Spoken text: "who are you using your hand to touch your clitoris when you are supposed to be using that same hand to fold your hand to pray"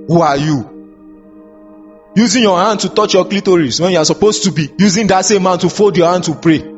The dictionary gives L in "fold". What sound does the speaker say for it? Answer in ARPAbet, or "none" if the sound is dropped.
none